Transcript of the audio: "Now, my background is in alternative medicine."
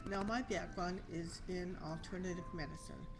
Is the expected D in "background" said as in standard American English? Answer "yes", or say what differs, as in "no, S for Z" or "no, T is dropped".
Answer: no, D is dropped